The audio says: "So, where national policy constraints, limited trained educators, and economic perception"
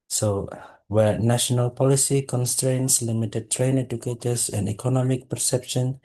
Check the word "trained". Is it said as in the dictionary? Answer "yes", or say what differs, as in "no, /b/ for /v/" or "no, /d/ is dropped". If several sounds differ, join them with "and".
no, /d/ is dropped